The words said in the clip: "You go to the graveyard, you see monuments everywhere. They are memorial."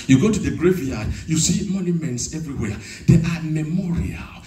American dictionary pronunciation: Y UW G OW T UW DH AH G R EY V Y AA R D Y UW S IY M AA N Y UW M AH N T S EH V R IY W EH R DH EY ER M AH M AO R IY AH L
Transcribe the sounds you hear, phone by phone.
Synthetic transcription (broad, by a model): Y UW G OW T UW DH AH G R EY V Y AA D Y UW S IY M AA N Y UW M AH N T S EH V R IY W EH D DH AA M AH M AO R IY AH L